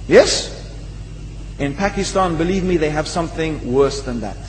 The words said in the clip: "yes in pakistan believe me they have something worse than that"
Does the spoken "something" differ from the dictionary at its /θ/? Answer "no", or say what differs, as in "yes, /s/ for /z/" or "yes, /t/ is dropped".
no